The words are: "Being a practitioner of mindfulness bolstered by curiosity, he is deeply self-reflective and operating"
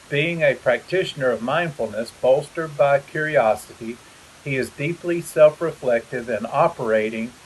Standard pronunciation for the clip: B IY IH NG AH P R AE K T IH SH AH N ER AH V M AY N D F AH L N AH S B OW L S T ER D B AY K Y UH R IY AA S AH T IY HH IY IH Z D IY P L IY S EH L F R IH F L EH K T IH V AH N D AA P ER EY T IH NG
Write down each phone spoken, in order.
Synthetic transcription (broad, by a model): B IY IH NG AH P R AE K T IH SH AH N ER AH V M AY N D F L N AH S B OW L S T ER D B AY K Y UH R IY AA S AH T IY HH IY IH Z D IY P L IY S EH L F R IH F L EH K T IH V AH N AA P ER EY T IH NG